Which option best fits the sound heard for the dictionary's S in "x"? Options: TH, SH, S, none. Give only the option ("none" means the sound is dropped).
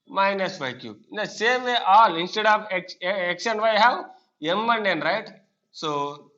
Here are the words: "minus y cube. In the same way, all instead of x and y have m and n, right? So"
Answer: SH